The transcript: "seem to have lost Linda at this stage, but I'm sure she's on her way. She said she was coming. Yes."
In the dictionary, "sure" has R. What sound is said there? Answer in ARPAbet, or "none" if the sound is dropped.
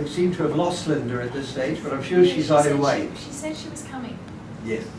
R